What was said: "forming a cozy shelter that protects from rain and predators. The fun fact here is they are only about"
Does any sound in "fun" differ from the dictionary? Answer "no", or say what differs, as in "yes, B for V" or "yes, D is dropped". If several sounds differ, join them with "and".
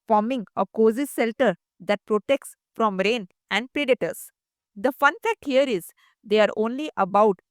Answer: no